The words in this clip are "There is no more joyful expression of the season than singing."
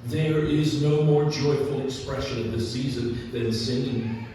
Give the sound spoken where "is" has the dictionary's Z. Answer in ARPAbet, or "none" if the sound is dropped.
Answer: Z